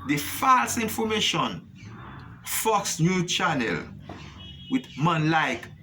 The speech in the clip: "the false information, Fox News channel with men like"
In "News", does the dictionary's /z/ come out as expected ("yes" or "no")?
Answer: no